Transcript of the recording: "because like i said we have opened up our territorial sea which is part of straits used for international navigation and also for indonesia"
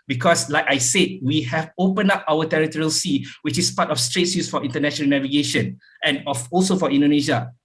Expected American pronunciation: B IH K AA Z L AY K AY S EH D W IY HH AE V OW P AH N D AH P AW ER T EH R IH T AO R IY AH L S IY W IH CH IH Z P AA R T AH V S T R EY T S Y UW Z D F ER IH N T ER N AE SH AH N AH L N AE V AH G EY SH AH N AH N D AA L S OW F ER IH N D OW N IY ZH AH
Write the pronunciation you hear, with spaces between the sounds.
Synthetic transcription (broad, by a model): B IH K AA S L AY K AY S EH D W IY HH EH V OW P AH N AA P AW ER T EH R IH T AO R IY AH L S IY W IH CH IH S P AA T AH F S T R EY T S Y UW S F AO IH N T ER N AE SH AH N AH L N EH V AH G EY SH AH N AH N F AA L S OW F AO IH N D OW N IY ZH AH